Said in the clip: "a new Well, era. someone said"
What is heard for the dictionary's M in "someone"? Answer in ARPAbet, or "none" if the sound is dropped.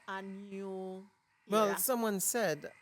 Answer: M